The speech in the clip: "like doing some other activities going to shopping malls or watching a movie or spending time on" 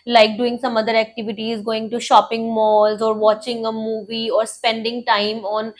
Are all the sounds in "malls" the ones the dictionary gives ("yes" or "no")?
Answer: yes